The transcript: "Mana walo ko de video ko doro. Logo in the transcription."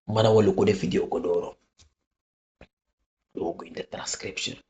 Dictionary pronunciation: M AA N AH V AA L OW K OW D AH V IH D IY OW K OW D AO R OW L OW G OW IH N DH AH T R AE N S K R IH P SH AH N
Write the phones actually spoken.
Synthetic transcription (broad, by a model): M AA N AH W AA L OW K OW D AH F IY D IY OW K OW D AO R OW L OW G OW IH N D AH T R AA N S K R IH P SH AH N